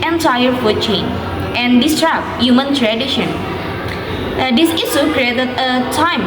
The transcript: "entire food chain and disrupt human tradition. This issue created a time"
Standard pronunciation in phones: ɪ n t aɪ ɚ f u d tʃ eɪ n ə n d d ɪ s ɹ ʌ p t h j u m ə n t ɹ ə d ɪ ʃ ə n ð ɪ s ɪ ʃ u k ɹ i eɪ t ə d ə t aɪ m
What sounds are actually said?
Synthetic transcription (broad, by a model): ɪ n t aɪ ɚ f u tʃ eɪ n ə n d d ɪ s ɹ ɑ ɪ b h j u m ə n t ɹ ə d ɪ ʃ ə n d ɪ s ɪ s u k ɹ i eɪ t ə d ə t aɪ m